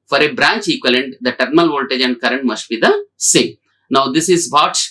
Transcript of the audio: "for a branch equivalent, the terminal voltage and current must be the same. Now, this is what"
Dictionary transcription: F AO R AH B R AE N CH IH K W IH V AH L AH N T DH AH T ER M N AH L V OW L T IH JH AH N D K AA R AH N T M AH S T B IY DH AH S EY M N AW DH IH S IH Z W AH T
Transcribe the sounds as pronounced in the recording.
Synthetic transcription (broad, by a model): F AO R AH B R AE N CH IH K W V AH L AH N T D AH T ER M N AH L V OW L T IH JH AH N D K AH R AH N T M AH S T B IY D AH S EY N AW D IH S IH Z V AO T